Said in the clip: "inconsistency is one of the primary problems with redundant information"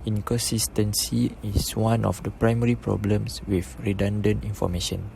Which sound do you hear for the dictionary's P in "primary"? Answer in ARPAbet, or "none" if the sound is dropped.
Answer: P